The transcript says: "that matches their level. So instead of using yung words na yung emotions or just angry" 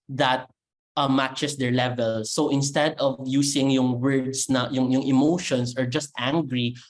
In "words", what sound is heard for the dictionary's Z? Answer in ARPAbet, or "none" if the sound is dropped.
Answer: S